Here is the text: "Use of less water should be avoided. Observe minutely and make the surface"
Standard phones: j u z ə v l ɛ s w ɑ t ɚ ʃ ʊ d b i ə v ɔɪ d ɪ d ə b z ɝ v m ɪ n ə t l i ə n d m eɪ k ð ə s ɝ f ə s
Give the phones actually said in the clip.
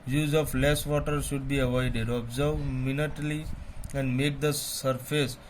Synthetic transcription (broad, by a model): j u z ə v l ɛ s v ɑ t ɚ ʃ ʊ d b i ə v ɔɪ d ɪ d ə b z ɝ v m ɪ n ə t l i ə n d m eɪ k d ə s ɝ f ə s